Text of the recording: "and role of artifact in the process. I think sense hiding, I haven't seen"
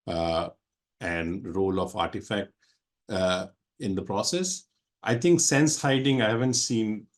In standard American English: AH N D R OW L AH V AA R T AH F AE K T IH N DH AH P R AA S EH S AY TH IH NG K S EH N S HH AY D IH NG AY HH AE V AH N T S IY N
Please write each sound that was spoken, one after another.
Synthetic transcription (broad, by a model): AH N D R OW L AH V AA R T AH F AE K T IH N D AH P R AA S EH S AY T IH NG K S EH N S HH AY D IH NG AY HH AE V AH N T S IY N